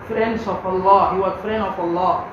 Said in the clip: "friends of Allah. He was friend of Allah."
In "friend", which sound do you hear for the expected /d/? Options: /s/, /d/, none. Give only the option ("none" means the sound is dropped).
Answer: none